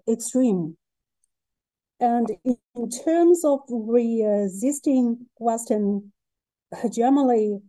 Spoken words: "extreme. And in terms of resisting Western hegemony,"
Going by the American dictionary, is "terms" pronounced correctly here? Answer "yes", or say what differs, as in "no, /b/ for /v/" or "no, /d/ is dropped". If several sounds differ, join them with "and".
yes